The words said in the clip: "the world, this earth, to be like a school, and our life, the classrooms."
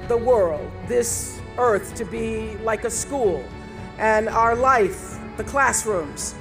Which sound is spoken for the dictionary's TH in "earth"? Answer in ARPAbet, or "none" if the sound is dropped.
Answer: TH